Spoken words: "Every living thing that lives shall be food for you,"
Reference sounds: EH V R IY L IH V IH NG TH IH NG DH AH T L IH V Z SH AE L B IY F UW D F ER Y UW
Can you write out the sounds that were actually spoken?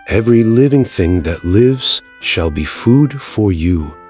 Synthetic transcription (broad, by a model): EH V R IY L IH V IH NG TH IH NG DH AH T L IH V Z SH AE L B IY F UW D F ER Y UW